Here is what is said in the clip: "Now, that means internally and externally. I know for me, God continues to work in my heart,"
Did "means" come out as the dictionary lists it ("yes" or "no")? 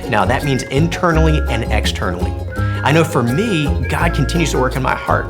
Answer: yes